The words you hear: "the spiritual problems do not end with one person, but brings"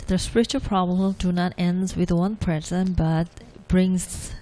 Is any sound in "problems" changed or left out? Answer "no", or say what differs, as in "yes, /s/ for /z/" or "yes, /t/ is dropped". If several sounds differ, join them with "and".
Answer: yes, /z/ is dropped